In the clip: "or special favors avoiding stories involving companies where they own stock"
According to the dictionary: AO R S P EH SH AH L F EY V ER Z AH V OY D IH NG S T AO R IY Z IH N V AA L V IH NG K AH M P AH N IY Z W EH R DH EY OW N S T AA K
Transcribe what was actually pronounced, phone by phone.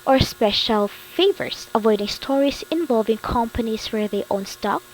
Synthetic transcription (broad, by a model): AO R S P EH SH AH L F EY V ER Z AH V OY D IH NG S T AO R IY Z IH N V AA L V IH NG K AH M P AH N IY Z W EH R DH EY OW N S T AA K